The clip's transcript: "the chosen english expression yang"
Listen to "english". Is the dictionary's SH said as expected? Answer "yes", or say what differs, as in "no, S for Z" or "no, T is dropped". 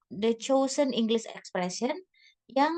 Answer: no, S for SH